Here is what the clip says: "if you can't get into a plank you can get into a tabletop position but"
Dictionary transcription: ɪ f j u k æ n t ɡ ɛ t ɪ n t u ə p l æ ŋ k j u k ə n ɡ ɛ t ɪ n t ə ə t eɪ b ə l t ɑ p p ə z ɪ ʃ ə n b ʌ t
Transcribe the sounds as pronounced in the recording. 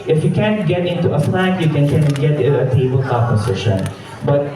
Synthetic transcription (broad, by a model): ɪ f j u k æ n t ɡ ɛ t ɪ n t u ə f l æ k j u k ə n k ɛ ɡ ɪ t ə ə t eɪ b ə l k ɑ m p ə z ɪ ʃ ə n b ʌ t